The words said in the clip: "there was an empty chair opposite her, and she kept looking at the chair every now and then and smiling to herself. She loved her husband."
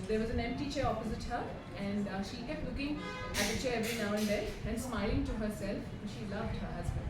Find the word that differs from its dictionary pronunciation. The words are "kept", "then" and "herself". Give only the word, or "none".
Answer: then